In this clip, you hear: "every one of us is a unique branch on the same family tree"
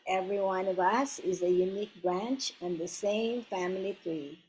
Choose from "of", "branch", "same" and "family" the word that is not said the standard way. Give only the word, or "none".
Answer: none